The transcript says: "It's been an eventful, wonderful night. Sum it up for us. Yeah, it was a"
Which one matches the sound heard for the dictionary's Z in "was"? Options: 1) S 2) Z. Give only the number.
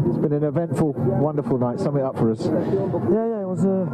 2